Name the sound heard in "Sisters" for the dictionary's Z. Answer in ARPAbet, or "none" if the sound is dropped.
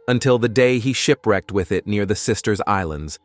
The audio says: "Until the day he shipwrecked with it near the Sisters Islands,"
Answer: Z